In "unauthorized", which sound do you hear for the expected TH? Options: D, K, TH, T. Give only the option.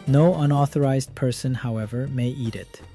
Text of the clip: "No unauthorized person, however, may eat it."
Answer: TH